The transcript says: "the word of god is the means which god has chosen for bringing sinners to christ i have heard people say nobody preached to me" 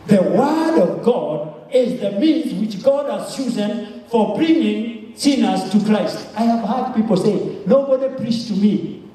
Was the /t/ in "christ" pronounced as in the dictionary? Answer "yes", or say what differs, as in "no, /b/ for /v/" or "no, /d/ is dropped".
yes